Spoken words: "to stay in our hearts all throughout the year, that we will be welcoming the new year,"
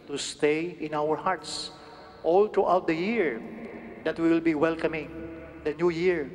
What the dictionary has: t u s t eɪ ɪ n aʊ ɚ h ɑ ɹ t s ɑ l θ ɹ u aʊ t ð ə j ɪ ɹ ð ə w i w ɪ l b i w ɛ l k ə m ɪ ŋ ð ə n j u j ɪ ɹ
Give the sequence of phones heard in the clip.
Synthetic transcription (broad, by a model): t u s t eɪ ɪ n aʊ ɚ h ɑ ɹ t s ɑ l t ɹ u aʊ t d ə j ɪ ɹ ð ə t w ɪ l b i w ɛ l k ə m ɪ ŋ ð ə n j u j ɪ ɹ